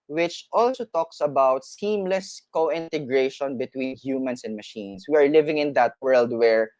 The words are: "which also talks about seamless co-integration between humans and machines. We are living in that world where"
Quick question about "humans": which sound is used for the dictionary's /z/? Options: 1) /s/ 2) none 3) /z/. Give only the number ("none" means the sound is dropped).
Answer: 1